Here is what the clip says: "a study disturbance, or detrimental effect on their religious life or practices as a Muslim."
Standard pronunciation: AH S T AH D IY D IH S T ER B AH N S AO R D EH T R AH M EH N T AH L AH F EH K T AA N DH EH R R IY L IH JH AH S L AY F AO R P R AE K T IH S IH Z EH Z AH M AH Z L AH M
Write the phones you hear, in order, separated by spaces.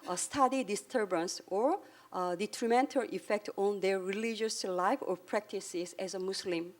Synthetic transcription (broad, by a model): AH S T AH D IY D IH S T ER B AH N S AO R D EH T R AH M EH N T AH L AH F EH K T AA N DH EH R R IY L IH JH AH S L AY F AO R P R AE K T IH S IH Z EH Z AH M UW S L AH M